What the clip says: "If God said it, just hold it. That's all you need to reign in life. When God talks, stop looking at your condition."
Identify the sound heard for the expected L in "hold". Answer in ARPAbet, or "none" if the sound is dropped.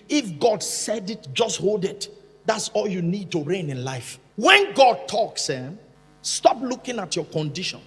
L